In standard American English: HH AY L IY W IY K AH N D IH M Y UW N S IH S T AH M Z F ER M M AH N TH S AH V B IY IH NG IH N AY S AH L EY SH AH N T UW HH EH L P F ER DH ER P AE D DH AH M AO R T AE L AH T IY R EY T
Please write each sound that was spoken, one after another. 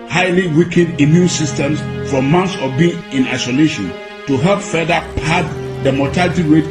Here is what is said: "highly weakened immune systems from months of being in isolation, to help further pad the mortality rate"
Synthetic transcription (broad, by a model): HH AY L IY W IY K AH D IH M Y UW N S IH S T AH M S F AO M M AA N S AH B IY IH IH N AY S AH L EY SH AH N T UW HH EH L P F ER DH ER P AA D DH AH M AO T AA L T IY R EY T